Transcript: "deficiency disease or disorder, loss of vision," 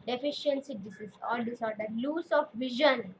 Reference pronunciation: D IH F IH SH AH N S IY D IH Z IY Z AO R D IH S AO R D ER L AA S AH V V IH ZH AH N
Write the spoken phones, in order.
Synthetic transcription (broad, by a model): D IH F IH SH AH N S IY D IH S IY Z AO L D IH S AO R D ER L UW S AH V V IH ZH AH N